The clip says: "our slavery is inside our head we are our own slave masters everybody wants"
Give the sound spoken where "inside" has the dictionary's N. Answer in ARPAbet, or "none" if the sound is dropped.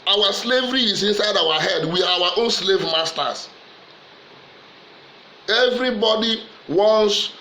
N